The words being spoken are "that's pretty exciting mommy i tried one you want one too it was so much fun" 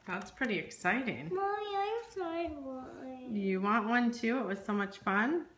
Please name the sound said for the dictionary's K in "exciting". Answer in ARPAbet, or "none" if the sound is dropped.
K